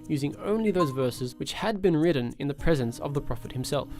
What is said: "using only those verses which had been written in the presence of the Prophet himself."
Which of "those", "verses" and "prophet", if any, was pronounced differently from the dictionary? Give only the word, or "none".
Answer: none